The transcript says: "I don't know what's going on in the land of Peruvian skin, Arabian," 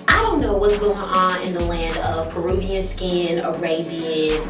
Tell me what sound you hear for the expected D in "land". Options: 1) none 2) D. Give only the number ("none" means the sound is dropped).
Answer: 2